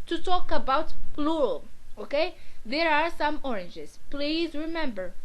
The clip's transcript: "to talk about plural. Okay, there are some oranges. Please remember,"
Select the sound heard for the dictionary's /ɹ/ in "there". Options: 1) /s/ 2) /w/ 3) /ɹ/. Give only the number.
3